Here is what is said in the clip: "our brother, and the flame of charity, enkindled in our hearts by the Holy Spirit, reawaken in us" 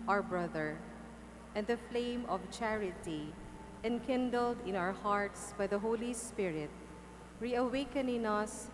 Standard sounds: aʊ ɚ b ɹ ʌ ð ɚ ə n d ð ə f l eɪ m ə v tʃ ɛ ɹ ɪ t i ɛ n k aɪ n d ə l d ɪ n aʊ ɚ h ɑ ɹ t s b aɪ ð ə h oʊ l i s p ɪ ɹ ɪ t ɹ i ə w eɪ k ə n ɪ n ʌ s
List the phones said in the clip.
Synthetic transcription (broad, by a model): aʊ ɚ b ɹ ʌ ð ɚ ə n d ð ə f l eɪ m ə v tʃ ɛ ɹ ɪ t i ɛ n k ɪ n d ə l d ɪ n aʊ ɚ h ɑ ɹ t s b aɪ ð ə h oʊ l i s p ɪ ɹ ɪ t ɹ i ə w eɪ k ə n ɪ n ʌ s